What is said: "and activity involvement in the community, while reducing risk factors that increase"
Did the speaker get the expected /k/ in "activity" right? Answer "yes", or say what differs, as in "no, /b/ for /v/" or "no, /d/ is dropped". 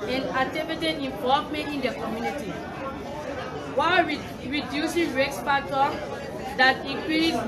no, /k/ is dropped